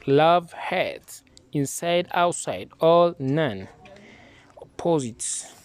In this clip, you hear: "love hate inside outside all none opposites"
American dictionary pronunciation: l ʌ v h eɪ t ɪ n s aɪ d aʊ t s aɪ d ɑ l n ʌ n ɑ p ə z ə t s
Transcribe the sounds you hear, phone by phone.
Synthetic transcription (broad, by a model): l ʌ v h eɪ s ɪ n s aɪ d aʊ t s aɪ d ɑ l n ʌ n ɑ p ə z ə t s